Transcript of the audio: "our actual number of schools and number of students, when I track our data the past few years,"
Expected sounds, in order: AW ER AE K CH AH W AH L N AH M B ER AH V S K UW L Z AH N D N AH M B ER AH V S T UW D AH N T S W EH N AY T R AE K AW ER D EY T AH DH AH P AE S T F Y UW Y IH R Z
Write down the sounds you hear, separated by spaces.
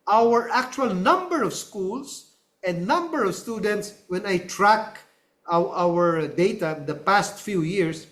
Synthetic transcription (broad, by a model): AW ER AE K CH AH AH L N AH M B ER AH V S K UW L S AH N D N AH M B ER AH V S T UW D AH N T S W EH N AY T R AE K AW ER D EY T AH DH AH P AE S T F Y UW Y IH R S